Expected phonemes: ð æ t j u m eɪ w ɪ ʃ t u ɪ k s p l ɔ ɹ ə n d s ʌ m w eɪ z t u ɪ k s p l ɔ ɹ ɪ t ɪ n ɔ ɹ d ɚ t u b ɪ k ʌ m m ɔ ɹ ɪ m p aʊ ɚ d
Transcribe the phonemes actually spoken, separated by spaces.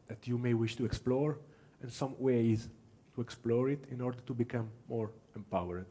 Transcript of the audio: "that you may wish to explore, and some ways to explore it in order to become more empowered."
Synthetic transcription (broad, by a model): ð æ t j u m eɪ w ɪ ʃ t u ɪ k s p l ɔ ɹ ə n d s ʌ m w eɪ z t u ɪ k s p l ɔ ɹ ɪ t ɪ n ɔ ɹ d ɚ t u b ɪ k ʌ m m ɔ ɹ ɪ m p aʊ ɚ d